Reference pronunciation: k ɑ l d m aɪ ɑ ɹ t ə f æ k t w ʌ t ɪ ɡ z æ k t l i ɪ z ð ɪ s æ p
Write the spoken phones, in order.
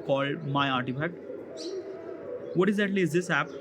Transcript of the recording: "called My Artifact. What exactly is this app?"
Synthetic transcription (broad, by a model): k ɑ l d m aɪ ɑ ɹ t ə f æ k t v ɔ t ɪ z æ t l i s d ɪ s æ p